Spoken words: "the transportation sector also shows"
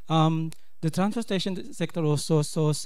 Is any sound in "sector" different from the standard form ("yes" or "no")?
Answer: no